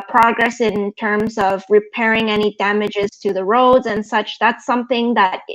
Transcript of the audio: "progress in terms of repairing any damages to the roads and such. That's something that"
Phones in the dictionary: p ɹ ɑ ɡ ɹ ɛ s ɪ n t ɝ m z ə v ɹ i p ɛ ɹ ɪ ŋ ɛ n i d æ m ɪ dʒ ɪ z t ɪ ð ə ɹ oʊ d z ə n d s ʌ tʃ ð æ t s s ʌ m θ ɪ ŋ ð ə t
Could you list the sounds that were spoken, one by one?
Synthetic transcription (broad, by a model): p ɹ ɑ ɡ ɹ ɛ s ɪ n t ɝ m z ə v ɹ i p ɛ ɹ ɪ ŋ ɛ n i d æ m ɪ dʒ ɪ z t ɪ ð ə ɹ oʊ d z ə n s ʌ tʃ ð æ t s s ʌ m θ ɪ ŋ ð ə t